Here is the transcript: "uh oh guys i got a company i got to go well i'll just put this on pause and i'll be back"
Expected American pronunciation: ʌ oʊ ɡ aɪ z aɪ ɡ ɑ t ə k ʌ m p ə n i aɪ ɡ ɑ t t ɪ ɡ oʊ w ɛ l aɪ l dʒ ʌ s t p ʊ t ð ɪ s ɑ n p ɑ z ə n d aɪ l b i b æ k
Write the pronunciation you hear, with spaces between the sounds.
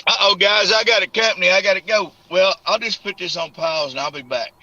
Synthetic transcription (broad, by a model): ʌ oʊ ɡ aɪ z aɪ ɡ ɑ t ə k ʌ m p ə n i aɪ ɡ ɑ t t ɪ ɡ oʊ w ɛ l aɪ l dʒ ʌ s p ʊ t ð ɪ s n p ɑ z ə n aɪ l b i b æ k